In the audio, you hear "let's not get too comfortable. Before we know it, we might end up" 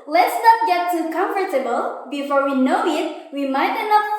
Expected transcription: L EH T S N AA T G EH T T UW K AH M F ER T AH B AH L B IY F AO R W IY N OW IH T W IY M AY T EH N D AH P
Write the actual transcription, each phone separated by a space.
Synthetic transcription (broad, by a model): L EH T S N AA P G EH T T UW K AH M F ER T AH B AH L B IY F AO R W IY N OW IH T W IY M AY T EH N AH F